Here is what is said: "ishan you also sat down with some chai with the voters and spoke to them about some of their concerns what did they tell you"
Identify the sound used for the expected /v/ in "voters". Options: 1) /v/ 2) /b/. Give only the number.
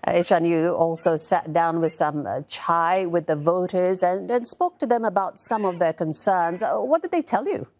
1